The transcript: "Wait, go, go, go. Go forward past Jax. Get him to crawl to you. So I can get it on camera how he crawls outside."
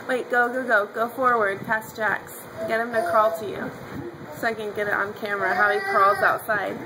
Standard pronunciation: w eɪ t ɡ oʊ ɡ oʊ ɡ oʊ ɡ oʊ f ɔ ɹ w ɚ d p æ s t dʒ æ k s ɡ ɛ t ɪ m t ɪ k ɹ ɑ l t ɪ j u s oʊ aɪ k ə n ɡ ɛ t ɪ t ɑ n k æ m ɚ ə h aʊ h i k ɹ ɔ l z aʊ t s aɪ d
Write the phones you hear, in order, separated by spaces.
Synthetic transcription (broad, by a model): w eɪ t ɡ oʊ ɡ oʊ ɡ oʊ ɡ oʊ f ɔ ɹ w ɚ d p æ s dʒ æ k s ɡ ɛ t ɪ m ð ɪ k ɑ l t ɪ j u s oʊ aɪ k ə n ɡ ɛ t ɪ t n k æ m ɚ ə h aʊ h i k ɹ ɔ l z aʊ t s aɪ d